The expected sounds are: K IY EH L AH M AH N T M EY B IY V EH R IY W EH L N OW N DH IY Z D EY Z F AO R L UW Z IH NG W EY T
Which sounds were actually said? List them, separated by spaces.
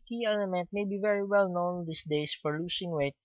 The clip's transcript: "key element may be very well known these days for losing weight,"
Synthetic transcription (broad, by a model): K IY EH L AH M AH N T M EY B IY V EH R IY W EH L N OW N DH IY S D EY S F AO R L UW S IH NG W EY T